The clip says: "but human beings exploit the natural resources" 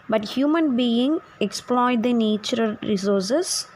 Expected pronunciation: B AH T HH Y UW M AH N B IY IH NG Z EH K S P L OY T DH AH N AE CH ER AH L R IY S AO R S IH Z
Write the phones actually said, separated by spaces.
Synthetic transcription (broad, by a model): B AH T HH Y UW M AH N B IY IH NG EH K S P L OY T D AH N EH CH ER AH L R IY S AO R S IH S